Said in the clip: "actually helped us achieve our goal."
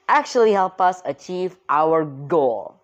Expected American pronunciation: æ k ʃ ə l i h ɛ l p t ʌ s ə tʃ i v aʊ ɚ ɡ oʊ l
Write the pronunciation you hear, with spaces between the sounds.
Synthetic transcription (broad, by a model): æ k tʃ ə l i h ɛ l p ʌ s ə tʃ i v aʊ ɚ ɡ oʊ l